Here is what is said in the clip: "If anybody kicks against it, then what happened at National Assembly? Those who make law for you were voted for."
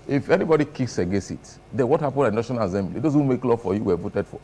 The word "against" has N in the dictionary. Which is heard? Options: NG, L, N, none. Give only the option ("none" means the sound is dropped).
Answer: none